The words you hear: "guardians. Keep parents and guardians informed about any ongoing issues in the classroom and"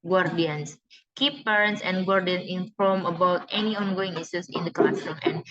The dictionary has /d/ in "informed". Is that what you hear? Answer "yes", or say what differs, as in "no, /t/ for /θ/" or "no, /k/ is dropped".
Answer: no, /d/ is dropped